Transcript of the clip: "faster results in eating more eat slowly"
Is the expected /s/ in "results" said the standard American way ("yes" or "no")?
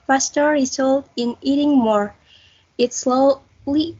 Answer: no